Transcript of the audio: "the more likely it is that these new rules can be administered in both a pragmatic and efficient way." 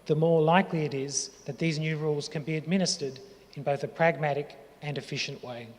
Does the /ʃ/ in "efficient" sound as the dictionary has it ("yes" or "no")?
yes